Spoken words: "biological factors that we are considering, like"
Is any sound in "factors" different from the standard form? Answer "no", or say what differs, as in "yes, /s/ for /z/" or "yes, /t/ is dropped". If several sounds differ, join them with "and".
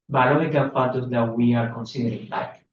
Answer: yes, /k/ is dropped